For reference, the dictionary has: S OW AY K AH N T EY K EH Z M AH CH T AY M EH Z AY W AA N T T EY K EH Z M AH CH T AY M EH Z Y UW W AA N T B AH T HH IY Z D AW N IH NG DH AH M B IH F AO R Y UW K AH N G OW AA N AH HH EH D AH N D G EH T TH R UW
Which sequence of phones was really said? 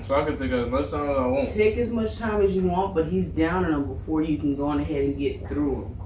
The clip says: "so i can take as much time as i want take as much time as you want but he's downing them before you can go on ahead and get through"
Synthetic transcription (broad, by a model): S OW AY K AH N T EY K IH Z M AH CH T AY M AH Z AY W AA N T T EY K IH Z M AH CH T AY M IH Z Y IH W AA N T B AH T HH IY Z D AW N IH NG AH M B IH F AO R Y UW K AH N G OW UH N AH HH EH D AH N G EH T TH R UW